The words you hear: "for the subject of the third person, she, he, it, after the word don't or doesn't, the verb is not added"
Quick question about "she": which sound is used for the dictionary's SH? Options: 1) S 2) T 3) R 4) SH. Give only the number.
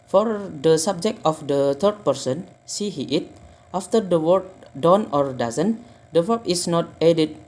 1